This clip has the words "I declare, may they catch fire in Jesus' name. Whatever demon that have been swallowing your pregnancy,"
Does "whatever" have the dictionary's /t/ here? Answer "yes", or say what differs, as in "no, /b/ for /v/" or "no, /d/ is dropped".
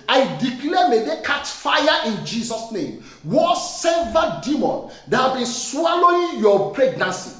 no, /s/ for /t/